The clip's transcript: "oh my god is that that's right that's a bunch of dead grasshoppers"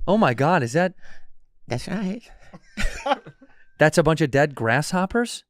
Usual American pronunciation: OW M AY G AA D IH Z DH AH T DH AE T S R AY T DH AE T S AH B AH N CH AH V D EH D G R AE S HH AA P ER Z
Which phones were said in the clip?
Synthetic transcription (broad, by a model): OW M AY G AA D IH Z DH AH T DH AE T S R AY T DH AE T S AH B AH N CH AH V D EH D G R AE S HH AA P ER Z